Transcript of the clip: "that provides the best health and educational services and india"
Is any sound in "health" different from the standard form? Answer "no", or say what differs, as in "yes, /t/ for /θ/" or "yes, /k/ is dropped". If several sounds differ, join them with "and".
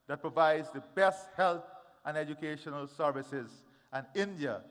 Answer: yes, /t/ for /θ/